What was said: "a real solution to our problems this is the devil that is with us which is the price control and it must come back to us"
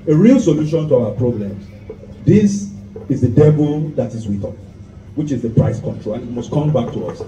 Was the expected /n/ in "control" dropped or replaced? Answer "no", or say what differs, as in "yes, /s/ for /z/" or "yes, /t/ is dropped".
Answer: no